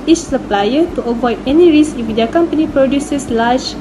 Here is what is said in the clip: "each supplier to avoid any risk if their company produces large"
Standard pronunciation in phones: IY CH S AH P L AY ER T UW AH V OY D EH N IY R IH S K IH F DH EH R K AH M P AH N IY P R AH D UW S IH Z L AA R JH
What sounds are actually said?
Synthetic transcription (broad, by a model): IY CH S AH P L AY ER T UW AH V OY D EH N IY R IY S IH F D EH K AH M P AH N IY P R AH D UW S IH S L AA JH